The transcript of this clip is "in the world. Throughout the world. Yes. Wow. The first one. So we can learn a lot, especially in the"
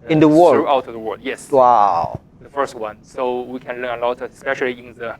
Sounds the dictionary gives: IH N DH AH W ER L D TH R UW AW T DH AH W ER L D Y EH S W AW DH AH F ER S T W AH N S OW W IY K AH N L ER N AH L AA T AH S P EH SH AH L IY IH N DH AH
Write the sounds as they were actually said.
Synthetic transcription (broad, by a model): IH N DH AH W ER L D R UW AW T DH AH W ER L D Y EH S W AW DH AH F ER S T W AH N S OW W IY K AH N L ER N AH L AA T AH S P EH SH AH L IY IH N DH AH